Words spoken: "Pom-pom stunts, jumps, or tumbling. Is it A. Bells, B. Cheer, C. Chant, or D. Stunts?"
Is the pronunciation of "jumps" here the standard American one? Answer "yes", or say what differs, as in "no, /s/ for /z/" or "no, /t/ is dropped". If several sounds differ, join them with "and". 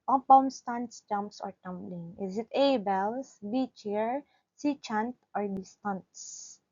yes